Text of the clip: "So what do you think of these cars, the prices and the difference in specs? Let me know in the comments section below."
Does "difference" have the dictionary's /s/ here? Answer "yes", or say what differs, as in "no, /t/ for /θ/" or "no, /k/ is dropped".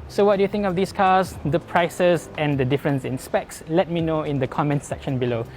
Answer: yes